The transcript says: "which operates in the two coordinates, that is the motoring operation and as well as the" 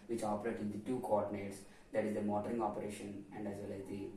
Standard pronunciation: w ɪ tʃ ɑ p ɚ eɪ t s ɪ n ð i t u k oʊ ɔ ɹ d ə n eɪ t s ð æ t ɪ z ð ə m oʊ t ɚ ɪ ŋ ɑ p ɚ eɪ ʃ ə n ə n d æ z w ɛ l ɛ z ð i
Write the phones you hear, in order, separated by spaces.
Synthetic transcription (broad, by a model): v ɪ tʃ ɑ p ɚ eɪ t ɪ n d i t u k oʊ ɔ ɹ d n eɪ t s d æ t ɪ z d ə m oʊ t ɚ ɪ ŋ ɑ p ɚ eɪ ʃ ə n ə n d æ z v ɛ l ɛ z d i